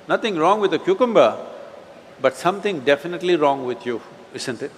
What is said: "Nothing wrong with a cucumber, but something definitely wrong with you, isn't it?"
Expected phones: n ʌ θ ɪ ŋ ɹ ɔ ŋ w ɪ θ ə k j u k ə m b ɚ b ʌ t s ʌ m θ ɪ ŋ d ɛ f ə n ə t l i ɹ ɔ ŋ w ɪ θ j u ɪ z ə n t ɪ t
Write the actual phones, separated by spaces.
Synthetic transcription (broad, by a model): n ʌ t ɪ ŋ ɹ ɔ ŋ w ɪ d ə k j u k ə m b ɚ b ʌ t s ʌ m t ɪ ŋ d ɛ f ə n ə t l i ɹ ɔ ŋ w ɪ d j u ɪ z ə n t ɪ t